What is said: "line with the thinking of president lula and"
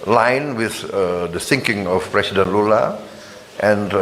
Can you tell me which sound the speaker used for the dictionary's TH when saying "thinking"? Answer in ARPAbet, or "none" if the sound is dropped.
S